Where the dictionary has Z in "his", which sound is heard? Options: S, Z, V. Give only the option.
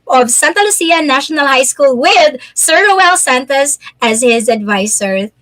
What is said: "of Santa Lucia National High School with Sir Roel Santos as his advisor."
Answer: Z